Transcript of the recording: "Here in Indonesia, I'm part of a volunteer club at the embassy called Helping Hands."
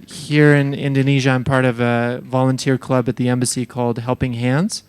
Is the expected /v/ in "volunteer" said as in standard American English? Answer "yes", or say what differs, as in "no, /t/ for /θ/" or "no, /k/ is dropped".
yes